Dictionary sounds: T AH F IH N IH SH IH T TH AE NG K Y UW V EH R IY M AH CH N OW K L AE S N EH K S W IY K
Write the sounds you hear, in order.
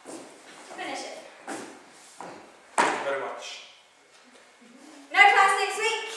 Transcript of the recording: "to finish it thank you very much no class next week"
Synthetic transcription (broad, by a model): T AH F IH N IH SH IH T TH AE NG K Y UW V EH R IY M AH CH N OW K AE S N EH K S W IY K